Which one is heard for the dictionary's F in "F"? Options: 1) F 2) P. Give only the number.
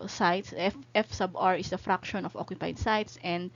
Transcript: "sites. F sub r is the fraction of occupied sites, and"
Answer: 1